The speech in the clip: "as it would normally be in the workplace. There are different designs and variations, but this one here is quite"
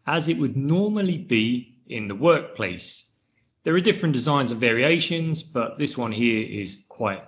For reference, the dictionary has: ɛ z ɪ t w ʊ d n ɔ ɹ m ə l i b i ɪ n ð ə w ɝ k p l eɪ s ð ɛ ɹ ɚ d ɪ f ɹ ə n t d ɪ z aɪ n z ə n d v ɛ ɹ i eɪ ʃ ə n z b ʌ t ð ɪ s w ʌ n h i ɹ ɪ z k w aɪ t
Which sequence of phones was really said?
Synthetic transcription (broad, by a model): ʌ z ɪ t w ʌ d n ɔ m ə l i b i ɪ n ð ə w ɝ k p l eɪ s ð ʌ ɹ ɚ d ɪ f ɹ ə n d ɪ z aɪ n z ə v ɛ ɹ i eɪ ʃ ə n z b ʌ t ð ɪ s w ʌ n h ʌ ɹ ɪ z k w aɪ t